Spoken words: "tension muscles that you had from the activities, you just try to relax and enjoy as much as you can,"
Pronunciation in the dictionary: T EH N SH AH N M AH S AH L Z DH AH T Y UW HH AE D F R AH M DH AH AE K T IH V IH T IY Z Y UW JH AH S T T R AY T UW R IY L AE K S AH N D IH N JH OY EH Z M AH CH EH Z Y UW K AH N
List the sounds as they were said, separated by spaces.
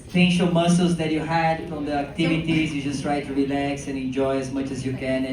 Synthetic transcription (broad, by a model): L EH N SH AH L M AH S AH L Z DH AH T Y UW HH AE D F R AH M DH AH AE K T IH V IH T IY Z Y UW JH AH S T T R AY T UW R IY L AE K S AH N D IH N JH OY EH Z M AH CH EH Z Y UW K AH N